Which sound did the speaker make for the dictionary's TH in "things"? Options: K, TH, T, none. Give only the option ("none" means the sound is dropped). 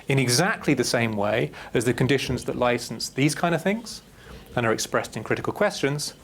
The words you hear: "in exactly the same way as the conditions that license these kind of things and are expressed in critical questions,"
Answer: TH